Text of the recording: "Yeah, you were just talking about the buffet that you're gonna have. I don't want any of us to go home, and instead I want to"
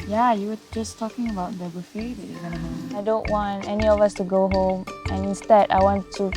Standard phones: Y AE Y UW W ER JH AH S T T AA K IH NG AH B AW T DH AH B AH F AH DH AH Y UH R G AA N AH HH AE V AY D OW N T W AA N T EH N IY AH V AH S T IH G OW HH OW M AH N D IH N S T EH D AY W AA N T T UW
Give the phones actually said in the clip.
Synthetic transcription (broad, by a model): Y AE Y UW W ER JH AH S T T AA K IH NG AH B AW T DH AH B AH F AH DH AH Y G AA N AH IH D OW N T W AA N T EH N IY AH V AH S T IH G OW HH OW M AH N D IH N S T EH D AY W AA N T T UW